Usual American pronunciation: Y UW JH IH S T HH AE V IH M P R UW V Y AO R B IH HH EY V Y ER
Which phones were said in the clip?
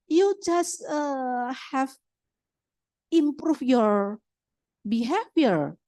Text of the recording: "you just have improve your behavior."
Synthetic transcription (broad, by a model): Y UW JH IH S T HH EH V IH M P R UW F Y AO R B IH HH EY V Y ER